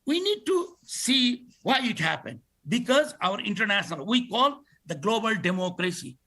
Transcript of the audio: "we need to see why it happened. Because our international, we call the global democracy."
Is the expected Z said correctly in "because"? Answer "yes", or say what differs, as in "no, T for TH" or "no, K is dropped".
yes